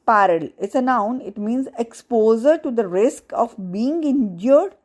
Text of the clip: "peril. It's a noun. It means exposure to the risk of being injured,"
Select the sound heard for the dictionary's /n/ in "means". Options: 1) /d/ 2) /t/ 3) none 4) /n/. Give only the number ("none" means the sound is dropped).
4